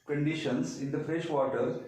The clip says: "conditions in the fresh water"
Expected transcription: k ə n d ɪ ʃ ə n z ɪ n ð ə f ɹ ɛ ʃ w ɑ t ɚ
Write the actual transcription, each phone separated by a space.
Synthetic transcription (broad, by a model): k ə n d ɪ ʃ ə n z ɪ n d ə f ɹ ɛ ʃ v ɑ t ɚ